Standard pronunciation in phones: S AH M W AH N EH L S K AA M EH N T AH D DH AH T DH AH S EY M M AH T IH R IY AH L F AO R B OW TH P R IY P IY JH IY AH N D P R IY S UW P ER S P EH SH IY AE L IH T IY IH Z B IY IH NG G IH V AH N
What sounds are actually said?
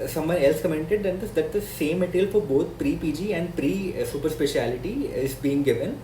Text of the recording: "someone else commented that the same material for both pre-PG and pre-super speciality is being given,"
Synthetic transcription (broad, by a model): S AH M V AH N EH L S K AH M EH N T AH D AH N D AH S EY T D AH S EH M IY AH L F AO R B OW T P R IY P IY JH IY AH N D P R IY S UW P ER S P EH SH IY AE L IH T IY IH Z B IY IH NG G IH V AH N